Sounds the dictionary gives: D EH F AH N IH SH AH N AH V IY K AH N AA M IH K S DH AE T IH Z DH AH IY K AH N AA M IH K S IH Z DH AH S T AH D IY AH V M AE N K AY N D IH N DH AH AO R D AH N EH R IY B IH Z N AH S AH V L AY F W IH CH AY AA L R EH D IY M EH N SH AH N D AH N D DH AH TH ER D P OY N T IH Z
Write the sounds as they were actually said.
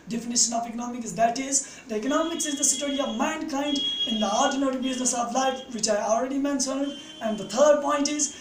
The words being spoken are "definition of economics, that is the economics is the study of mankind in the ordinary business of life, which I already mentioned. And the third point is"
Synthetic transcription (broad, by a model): D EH F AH N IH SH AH N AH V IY K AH N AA M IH K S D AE T IH Z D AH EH K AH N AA M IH K S IH Z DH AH S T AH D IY AH V M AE N K AY N D IH N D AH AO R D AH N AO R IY B IH Z N AH S AH V L AY F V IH CH AY AA L R EH D IY M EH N S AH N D AH N D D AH T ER D P OY N T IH Z